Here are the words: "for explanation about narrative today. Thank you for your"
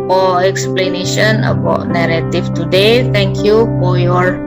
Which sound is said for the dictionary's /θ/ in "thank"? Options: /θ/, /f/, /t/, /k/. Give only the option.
/t/